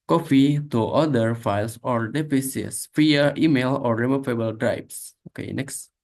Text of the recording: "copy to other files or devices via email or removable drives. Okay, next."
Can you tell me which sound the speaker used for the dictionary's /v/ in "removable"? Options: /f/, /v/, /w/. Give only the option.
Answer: /f/